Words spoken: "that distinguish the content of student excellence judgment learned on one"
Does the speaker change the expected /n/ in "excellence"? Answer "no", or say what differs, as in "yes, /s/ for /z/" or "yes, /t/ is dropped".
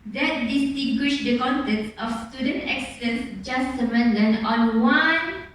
yes, /n/ is dropped